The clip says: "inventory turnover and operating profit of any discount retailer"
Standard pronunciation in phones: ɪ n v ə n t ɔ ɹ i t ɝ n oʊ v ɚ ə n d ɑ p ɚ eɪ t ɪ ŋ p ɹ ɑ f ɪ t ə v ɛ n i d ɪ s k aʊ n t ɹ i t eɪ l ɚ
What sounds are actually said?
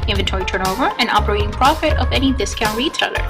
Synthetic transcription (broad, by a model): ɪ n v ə n t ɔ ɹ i t ɝ n oʊ v ɚ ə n ɑ p ɚ eɪ t ɪ ŋ p ɹ ɑ f ɪ t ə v ɛ n i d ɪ s k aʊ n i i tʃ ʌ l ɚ